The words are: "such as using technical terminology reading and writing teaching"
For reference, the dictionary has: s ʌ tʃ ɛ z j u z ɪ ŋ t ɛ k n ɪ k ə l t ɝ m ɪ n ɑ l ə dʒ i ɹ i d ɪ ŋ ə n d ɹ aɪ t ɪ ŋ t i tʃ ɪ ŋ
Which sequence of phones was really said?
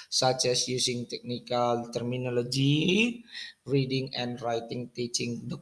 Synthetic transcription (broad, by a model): s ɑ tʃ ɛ s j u s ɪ ŋ t ɛ k n ɪ k ə l t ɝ m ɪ n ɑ l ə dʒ i ɹ i d ɪ ŋ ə n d ɹ aɪ t ɪ ŋ t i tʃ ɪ ŋ